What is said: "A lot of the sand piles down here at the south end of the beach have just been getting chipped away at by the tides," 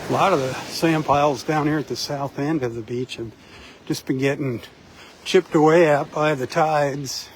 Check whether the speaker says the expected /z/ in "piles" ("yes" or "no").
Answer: yes